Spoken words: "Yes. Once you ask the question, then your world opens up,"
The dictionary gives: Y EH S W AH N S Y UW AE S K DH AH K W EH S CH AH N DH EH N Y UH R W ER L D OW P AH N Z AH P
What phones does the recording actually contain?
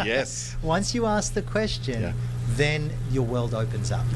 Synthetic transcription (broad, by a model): Y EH S W AH N S Y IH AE S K DH AH K W EH S CH AH N DH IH N Y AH R W ER L D OW P AH N Z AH P